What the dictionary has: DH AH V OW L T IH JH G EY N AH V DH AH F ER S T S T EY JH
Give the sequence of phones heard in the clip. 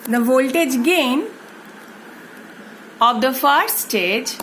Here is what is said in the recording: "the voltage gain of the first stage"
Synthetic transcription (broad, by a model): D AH V OW L T IH JH G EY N AH V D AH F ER T S T EY JH